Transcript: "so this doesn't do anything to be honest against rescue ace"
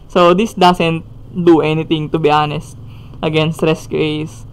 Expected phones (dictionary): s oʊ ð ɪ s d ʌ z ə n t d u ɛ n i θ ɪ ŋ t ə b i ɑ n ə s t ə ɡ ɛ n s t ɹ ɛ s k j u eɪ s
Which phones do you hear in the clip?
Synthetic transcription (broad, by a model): s oʊ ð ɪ s d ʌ s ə n t d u ɛ n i t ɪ ŋ t ə b i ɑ n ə s t ə ɡ ɛ n s t ɹ ɛ s k j u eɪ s